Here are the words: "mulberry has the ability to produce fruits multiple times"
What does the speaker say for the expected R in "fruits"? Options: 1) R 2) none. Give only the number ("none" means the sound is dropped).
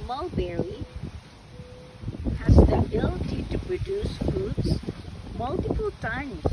2